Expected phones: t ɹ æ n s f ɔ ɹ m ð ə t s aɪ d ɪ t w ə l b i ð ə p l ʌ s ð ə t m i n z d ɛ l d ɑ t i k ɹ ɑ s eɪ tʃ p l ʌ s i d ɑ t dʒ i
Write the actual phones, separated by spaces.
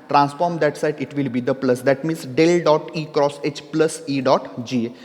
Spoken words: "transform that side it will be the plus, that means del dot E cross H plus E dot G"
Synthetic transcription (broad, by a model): t ɹ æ n s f ɔ ɹ m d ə t s aɪ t ɪ t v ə l b i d ə p l ʌ s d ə t m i n s d ɛ l d ɑ t i k ɹ ɑ s eɪ tʃ p l ʌ s i d ɑ t dʒ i